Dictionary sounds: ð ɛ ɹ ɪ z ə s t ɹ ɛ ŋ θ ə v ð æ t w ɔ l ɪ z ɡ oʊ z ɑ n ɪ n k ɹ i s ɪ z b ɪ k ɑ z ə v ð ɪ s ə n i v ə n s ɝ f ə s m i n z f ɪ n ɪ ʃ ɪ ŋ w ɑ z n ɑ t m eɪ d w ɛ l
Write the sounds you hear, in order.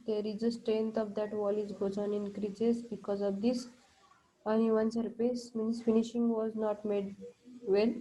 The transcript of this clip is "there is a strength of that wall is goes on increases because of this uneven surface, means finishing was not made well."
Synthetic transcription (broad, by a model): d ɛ ɹ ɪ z ə s t ɹ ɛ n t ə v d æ t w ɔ l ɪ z ɡ oʊ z ɑ n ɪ n k ɹ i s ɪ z b ɪ k ɑ z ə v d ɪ s ə n i v ə n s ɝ p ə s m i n s f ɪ n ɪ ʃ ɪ ŋ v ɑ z n ɑ t m eɪ d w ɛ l